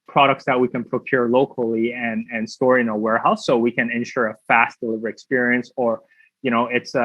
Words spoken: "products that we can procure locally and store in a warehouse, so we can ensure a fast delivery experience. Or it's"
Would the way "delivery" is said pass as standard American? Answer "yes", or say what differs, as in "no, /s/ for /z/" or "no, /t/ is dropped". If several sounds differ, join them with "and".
yes